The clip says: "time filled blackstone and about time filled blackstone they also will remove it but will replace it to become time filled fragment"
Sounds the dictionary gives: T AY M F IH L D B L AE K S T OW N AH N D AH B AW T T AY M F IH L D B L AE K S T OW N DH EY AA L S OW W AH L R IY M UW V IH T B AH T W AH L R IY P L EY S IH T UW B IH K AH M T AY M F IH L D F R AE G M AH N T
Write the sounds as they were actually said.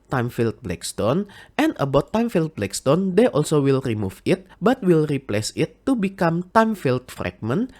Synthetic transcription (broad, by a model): T AY M F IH L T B L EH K S T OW N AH N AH B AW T T AY M F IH L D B L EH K S T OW N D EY AA L S OW W AH L R IY M UW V IH T B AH T W AH L R IY P L EY S IH T UW B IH K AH M T AY M F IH L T F R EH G M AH N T